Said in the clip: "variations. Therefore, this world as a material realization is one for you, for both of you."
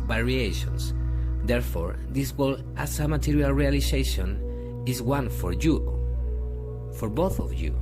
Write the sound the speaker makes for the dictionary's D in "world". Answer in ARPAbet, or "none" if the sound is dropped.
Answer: none